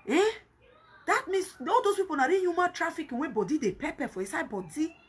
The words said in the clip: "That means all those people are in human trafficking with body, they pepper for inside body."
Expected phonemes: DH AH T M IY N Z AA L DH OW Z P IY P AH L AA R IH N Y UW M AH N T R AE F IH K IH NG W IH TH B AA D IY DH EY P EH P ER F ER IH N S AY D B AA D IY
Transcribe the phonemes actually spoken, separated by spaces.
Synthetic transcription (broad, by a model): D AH T M IY N S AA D OW S P IY P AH N AA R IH Y UW M AH N T R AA F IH K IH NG W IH B AA D IY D EY P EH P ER F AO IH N S AY B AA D IY